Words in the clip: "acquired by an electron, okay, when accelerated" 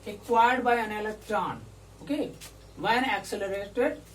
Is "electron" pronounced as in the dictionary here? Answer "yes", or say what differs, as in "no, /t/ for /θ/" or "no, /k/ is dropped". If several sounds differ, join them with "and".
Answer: no, /ɹ/ is dropped